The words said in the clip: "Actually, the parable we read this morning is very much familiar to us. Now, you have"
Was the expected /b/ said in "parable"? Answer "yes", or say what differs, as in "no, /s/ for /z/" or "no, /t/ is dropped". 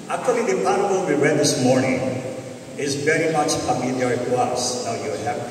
no, /b/ is dropped